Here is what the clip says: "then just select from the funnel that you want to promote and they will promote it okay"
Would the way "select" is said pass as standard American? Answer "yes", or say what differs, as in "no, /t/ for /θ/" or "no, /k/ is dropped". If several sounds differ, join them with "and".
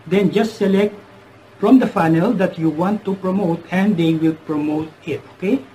yes